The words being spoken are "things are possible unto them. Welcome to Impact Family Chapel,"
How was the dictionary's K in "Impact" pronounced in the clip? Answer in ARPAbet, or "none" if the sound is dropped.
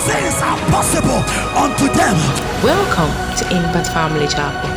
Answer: none